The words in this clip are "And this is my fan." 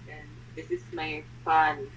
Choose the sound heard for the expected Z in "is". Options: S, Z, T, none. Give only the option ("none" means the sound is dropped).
S